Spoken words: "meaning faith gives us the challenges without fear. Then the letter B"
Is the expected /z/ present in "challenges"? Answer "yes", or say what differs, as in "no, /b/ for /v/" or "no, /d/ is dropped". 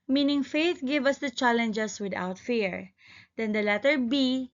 no, /s/ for /z/